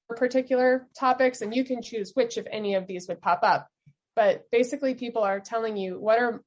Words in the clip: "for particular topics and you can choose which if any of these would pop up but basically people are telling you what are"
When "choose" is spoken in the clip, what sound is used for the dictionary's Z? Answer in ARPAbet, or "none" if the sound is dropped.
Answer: Z